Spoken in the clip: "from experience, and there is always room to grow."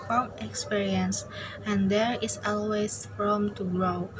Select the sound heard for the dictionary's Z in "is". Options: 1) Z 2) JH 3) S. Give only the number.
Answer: 3